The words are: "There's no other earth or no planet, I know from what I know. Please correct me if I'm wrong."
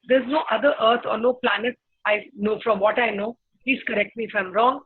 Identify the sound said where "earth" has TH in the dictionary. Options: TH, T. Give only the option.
T